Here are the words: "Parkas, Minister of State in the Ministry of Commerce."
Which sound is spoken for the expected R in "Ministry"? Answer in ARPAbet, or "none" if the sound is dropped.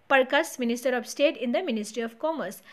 R